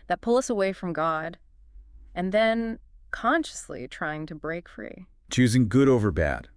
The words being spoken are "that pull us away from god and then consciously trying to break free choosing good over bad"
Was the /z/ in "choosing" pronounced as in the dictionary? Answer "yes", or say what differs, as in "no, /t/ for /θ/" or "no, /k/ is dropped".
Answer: yes